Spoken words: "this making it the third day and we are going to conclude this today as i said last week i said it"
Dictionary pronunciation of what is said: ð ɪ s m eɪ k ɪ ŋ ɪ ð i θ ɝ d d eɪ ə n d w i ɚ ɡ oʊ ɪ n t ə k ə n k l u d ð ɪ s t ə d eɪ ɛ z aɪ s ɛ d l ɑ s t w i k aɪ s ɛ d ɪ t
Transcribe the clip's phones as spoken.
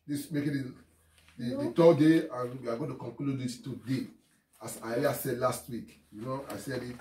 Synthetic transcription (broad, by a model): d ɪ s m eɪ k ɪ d ɪ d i t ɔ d d eɪ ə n w i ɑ ɡ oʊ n t ə k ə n k l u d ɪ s t ə d eɪ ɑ s aɪ s ɛ d l ɑ s t w i k aɪ s ɛ d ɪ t